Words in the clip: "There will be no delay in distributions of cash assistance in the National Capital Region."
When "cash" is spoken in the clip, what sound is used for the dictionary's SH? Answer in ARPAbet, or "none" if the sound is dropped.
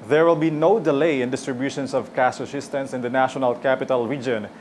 S